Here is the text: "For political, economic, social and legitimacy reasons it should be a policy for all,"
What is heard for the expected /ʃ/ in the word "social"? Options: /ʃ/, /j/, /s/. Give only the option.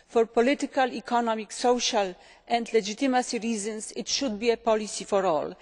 /ʃ/